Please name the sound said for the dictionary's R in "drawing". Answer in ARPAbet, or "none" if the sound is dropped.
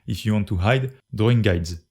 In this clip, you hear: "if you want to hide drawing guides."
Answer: none